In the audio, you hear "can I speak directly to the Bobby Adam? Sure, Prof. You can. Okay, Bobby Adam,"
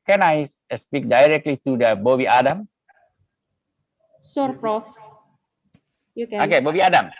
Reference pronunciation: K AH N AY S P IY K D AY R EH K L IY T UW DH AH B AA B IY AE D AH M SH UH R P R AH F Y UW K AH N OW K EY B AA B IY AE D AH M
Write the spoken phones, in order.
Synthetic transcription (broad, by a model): K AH N AY S P IY K D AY R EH K L IY T UW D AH B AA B IY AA D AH M S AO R P R AH F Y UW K OW K EY B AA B IY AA D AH M